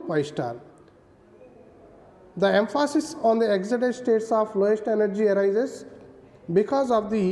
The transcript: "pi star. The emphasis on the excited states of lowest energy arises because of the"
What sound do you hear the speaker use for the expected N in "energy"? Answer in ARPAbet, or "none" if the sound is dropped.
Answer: N